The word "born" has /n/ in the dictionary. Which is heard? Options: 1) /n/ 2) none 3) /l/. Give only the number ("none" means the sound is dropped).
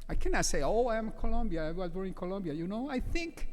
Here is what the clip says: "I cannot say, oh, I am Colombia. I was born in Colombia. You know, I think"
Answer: 2